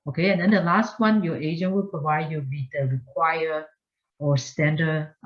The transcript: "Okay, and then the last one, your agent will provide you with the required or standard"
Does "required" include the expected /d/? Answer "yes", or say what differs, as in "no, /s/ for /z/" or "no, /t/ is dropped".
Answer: no, /d/ is dropped